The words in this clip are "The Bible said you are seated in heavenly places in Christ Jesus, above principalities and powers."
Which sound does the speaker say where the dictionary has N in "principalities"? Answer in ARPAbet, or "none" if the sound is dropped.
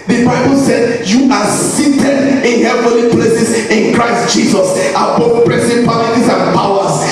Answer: none